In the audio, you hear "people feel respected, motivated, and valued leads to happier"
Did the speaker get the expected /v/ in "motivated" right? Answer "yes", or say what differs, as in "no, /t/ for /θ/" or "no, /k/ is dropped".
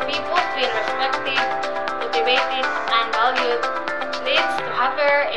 no, /b/ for /v/